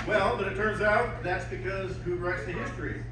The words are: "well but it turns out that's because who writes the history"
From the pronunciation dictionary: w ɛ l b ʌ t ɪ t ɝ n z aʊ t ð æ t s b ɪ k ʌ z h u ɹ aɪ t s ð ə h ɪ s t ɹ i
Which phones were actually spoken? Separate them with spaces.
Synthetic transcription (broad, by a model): w ɛ l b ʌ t ɪ t ɝ n z aʊ t ð æ t s b ɪ k ʌ z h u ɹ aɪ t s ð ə h ɪ s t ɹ i